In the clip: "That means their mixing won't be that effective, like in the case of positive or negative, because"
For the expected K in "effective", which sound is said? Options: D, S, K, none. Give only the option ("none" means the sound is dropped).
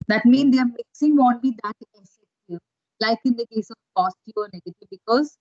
none